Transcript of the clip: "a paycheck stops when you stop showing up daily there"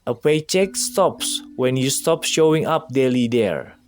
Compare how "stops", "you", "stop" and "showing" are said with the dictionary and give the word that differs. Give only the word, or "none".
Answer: none